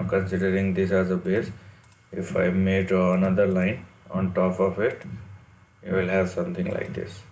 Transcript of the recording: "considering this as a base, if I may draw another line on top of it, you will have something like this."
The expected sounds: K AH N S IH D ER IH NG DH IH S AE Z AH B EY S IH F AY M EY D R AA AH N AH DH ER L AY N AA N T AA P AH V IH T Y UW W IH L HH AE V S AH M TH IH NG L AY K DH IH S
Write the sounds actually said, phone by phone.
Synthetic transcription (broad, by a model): K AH N S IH D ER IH NG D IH S AE Z AH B EY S IH F AY M EY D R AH N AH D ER L AY N AA N T AA P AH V IH T Y UW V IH L HH AE V S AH M T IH NG L AY K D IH S